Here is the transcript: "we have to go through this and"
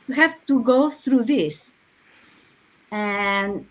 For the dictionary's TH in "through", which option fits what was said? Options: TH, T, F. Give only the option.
TH